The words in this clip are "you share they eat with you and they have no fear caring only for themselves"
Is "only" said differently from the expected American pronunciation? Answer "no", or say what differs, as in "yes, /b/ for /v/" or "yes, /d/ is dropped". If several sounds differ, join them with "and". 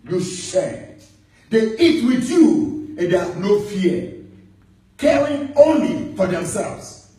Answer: no